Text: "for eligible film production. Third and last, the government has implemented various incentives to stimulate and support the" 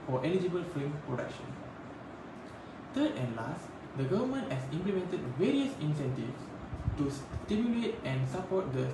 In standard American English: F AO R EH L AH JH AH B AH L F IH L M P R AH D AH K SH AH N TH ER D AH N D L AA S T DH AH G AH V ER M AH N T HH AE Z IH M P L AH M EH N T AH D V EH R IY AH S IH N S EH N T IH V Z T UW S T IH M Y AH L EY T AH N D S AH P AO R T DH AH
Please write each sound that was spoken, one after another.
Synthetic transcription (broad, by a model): F AO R EH L AH JH AH B AH L F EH M P R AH D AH K SH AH N T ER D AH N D L AA S T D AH G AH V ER M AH N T HH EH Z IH M P L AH M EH N T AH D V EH R IY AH S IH N S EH N T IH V S T UW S T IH M Y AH L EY T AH N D S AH P AO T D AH